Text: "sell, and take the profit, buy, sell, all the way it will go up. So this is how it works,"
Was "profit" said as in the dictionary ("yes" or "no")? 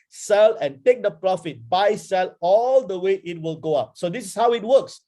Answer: yes